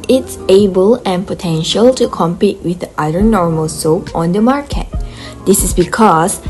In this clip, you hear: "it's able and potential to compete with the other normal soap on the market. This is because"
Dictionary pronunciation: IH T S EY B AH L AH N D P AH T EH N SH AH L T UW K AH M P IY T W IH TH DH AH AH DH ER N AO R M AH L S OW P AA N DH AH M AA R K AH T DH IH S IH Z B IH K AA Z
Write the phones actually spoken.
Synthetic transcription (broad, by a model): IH T S EY B AH L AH N P AH T EH N SH AH L T UW K AH M P IY T W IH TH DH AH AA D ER N AO R M AH L S OW P AA N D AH M AA R K AH T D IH S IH S B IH K AA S